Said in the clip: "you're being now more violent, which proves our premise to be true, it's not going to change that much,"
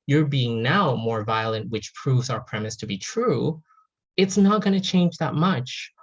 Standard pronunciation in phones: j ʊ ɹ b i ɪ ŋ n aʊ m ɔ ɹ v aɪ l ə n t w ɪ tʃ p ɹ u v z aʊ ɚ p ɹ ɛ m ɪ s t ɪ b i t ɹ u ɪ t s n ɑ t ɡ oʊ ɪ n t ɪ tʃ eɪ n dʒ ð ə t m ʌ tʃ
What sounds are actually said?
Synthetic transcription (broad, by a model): j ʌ ɹ b i ɪ ŋ n aʊ m ɔ ɹ v aɪ l ə n t w ɪ tʃ p ɹ u v z aʊ ɚ p ɹ ɛ m ɪ s t ɪ b i t ɹ u ɪ t s n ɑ t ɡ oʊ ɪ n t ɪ tʃ eɪ n dʒ ð ə t m ʌ tʃ